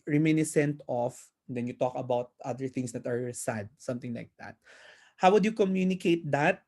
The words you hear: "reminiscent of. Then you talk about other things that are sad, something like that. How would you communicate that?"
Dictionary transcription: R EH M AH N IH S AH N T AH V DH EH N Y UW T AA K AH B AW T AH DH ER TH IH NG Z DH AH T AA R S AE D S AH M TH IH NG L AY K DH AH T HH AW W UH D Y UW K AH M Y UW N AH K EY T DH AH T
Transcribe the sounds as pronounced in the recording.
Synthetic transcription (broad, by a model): R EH M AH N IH S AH N T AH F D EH N Y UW T AA K AH B AW T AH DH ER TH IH NG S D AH T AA R S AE D S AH M T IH NG L AY K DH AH T HH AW W UH D Y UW K AH M Y UW N AH K EY T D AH T